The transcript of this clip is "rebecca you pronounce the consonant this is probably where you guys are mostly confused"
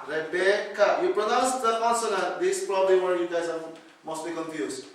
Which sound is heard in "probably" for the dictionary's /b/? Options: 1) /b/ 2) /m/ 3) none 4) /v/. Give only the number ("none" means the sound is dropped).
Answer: 1